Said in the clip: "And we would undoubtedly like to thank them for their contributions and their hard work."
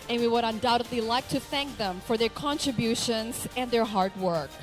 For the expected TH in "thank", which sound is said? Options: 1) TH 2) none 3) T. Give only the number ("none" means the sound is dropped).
1